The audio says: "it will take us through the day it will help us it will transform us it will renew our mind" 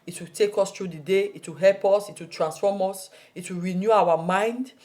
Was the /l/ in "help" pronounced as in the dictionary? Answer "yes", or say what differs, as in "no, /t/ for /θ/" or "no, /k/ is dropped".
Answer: yes